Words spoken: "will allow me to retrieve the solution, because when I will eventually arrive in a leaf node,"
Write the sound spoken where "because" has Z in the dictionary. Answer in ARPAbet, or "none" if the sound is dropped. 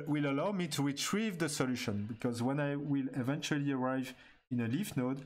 Z